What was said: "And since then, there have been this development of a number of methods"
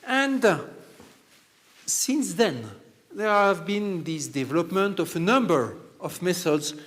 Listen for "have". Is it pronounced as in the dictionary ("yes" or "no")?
yes